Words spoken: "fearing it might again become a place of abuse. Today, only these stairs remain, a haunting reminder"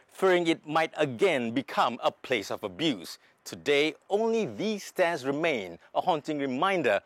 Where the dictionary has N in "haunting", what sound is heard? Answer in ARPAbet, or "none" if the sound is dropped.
N